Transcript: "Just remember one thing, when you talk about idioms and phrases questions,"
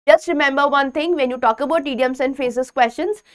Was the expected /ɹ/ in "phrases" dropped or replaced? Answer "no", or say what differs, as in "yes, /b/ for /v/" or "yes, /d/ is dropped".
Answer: yes, /ɹ/ is dropped